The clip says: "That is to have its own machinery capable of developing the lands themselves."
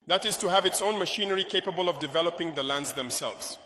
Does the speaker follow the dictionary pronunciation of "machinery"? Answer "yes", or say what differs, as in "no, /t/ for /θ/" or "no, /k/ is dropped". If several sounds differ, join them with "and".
yes